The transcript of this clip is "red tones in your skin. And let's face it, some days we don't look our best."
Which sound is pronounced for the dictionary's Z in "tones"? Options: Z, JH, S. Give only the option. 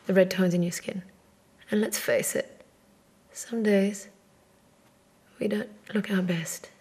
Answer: Z